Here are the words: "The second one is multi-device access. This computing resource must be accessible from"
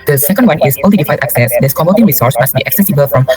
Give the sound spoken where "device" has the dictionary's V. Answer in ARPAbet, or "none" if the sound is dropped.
F